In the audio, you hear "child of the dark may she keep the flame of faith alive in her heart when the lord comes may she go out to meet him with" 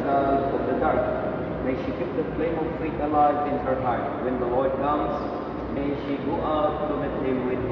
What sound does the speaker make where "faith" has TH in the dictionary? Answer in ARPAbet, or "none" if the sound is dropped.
T